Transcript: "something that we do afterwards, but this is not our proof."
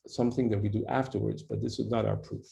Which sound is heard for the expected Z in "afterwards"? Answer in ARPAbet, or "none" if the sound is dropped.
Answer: Z